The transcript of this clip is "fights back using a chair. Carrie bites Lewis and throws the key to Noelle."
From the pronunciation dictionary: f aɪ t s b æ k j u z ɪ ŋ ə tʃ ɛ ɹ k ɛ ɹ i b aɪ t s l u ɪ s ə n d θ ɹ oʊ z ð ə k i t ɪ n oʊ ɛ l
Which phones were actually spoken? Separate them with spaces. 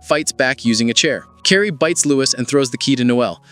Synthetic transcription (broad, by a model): f aɪ t s b æ k j u z ɪ ŋ ə tʃ ɛ ɹ k ɛ ɹ i b aɪ t s l u ɪ s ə n θ ɹ oʊ z ð ə k i t ɪ n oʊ ɛ l